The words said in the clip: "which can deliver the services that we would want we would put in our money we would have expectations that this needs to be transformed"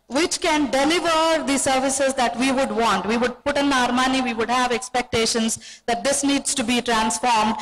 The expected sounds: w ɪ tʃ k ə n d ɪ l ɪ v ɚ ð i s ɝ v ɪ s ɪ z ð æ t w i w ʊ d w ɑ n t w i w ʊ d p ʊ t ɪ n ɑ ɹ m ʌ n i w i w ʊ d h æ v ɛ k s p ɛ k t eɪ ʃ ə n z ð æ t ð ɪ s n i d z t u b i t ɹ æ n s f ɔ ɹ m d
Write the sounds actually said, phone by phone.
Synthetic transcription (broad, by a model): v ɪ tʃ k ə n d ɪ l ɪ v ɚ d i s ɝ v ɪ s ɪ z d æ t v i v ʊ d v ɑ n t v i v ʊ d p ʊ t ɪ n ɑ ɹ m ʌ n i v i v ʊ d h æ v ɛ k s p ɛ k t eɪ ʃ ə n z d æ t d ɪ s n i d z t u b i t ɹ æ n s f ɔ ɹ m d